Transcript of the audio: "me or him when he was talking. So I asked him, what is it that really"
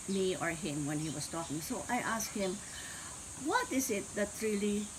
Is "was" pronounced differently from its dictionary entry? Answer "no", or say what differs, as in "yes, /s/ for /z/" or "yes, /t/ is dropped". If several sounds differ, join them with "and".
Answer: yes, /s/ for /z/